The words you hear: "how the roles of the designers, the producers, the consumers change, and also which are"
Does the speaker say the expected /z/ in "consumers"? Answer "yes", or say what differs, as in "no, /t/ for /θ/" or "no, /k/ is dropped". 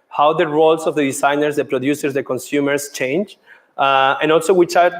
no, /s/ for /z/